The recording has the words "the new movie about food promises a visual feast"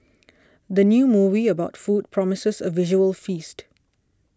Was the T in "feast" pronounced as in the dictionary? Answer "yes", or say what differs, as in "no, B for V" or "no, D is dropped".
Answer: yes